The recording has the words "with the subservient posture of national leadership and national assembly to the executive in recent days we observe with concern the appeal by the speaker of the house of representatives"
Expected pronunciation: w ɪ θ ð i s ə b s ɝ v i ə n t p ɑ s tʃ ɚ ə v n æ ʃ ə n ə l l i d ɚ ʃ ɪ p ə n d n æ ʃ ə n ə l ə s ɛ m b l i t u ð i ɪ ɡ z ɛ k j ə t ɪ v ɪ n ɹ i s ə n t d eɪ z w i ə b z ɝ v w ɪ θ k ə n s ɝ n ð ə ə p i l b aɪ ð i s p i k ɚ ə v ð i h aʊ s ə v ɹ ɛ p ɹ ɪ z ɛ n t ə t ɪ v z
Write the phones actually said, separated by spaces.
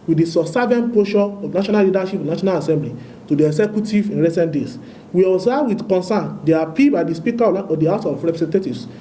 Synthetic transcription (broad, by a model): w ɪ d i s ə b s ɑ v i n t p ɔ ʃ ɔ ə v n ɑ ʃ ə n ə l l i d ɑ ʃ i p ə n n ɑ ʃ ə n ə l ə s ɛ m b l i t u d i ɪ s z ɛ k j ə t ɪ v ɪ n ɹ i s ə n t d eɪ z w i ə z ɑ w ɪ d k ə n s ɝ n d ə ə p i l b aɪ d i s p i k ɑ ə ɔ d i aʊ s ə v ɹ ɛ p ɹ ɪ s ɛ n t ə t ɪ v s